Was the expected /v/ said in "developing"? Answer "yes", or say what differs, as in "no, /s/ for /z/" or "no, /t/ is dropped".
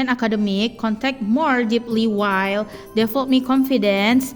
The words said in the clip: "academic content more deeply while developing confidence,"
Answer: no, /f/ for /v/